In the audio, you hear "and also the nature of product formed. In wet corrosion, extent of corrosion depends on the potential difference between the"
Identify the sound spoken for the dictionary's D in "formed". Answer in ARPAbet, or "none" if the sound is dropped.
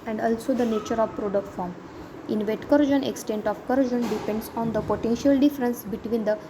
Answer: none